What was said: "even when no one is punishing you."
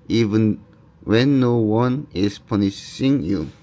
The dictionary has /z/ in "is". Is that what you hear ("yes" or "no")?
no